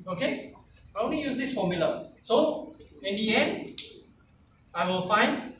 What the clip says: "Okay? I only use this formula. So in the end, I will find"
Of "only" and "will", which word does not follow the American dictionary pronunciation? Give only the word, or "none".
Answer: only